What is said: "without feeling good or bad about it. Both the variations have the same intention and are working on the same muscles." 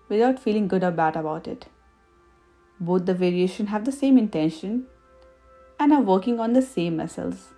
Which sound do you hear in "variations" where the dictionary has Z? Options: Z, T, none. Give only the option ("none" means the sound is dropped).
none